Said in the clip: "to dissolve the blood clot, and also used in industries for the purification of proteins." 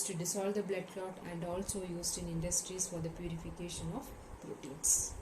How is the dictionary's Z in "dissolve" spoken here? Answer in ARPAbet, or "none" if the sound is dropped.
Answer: S